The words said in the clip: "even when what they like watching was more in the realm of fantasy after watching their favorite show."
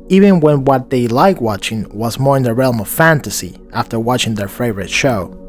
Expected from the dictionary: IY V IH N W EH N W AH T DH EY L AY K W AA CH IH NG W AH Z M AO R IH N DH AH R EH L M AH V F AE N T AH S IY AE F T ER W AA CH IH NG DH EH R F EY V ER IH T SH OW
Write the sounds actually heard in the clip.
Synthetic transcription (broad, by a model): IY V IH N W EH N W AH T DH EY L AY K W AA CH IH NG W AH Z M AO R IH N DH AH R EH L M AH V F AE N T AH S IY AE F T ER W AA CH IH NG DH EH R F EY V ER IH T SH OW